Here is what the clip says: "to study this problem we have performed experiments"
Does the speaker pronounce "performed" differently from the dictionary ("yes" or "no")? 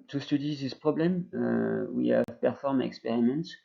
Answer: yes